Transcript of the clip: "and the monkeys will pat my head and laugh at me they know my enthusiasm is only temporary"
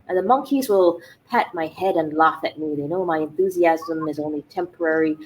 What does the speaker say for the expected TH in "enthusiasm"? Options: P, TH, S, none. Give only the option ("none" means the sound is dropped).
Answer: TH